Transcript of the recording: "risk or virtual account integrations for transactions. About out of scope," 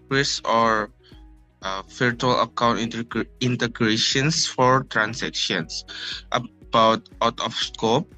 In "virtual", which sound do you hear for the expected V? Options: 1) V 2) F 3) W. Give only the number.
2